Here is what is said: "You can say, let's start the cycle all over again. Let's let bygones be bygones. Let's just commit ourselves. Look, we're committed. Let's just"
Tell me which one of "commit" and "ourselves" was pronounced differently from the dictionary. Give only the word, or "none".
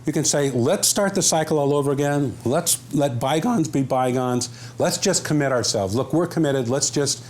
none